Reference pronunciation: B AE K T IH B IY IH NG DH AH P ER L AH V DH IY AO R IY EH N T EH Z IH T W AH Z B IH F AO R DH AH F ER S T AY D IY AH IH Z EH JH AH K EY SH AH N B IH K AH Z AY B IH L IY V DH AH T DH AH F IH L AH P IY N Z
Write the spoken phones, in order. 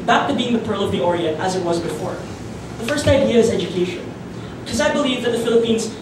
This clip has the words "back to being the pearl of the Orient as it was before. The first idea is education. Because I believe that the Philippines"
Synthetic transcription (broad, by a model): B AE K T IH B IY IH NG DH AH P ER L AH V DH IY AO R IY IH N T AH Z IH T W AH Z B IH F AO R DH AH F ER S T AY D IY AH IH Z EH JH AH K EY SH AH N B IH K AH Z AY B IH L IY V DH AH T DH AH F IH L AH P IY N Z